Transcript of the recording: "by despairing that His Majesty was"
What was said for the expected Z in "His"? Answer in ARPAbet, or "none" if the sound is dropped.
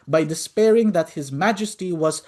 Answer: Z